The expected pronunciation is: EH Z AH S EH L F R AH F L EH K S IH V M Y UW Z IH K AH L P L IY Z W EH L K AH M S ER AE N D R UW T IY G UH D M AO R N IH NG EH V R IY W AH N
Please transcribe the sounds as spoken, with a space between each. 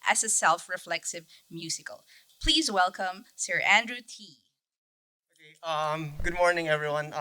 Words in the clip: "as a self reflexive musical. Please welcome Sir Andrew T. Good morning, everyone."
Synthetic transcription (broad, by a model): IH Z AH S EH L F R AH F L EH K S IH V M Y UW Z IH K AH L P L IY Z W EH L K AH M S ER AE N D R UW T IY G UH D M AO R N IH NG EH V R IY W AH N